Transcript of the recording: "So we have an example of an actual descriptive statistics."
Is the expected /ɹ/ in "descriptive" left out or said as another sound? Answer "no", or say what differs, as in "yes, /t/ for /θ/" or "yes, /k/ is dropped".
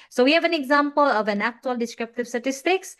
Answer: no